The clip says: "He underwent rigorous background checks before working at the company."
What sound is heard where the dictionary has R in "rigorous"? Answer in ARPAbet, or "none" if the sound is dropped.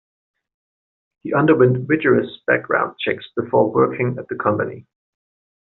W